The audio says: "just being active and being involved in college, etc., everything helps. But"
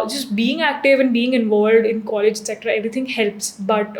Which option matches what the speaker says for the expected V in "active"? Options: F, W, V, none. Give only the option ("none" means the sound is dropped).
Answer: V